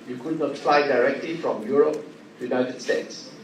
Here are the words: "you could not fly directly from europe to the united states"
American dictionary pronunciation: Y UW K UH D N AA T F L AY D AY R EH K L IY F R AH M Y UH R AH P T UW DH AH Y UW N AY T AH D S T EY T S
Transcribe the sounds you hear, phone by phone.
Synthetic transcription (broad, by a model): Y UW K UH D N AA T F L AY D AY R EH K L IY F R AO M Y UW R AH P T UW Y UW N AY T AH D S T EY T S